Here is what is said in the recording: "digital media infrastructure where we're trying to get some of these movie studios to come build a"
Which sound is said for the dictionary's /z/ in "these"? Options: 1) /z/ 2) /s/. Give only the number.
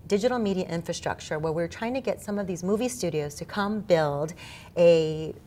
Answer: 1